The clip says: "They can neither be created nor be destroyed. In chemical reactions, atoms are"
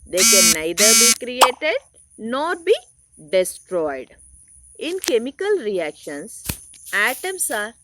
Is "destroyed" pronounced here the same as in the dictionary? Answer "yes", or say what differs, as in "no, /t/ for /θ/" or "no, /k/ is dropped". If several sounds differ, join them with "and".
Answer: yes